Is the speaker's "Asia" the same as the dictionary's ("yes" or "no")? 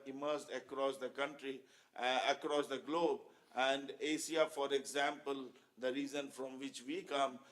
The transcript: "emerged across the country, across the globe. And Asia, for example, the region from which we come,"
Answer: no